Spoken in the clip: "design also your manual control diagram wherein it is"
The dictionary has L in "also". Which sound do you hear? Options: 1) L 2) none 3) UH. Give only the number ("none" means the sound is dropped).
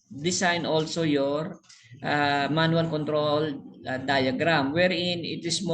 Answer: 1